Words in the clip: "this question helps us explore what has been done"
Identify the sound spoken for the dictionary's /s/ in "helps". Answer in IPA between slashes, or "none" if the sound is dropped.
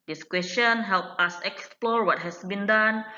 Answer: none